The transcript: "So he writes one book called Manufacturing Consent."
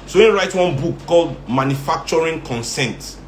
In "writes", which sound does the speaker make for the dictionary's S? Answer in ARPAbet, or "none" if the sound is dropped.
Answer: none